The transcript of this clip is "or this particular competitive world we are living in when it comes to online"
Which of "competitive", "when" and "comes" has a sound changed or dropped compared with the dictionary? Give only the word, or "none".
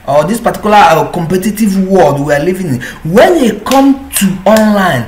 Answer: comes